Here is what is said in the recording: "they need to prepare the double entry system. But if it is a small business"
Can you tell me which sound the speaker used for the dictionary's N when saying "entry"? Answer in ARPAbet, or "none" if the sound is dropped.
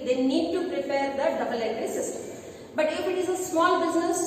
none